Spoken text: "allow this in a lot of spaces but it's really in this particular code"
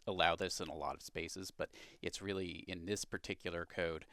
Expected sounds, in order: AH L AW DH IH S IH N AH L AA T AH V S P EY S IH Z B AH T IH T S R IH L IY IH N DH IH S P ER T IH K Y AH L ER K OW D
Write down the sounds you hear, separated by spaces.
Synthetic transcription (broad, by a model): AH L AW DH IH S IH N AH L AA T AH V S P EY S IH Z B AH T IH T S R IH L IY IH N DH IH S P ER T IH K Y L ER K OW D